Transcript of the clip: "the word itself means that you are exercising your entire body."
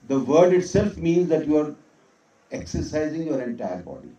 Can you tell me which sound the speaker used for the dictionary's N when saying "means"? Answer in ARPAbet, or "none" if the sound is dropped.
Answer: N